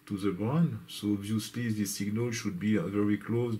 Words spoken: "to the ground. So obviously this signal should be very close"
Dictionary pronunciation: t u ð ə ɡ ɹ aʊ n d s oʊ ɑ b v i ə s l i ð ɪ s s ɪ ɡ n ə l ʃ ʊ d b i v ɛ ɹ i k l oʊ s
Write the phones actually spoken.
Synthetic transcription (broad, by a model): t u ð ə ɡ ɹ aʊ n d s oʊ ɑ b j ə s l i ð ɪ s s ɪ ɡ n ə l ʃ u d b i v ɛ ɹ i k l oʊ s